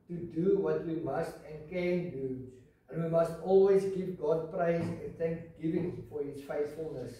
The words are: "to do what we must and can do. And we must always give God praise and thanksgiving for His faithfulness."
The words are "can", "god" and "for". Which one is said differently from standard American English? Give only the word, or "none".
none